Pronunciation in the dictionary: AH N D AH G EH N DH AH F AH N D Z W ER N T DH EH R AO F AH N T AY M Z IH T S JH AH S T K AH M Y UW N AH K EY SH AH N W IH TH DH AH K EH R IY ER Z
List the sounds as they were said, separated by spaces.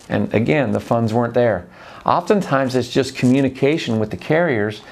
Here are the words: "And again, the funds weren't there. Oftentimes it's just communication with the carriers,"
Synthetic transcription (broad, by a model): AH N AH G EH N DH AH F AH N D Z W ER N DH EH R AO F AH N T AY M Z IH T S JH AH S K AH M Y UW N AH K EY SH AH N W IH DH AH K EH R IY ER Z